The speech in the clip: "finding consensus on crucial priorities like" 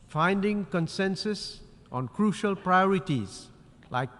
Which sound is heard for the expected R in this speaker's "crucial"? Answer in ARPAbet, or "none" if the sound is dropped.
R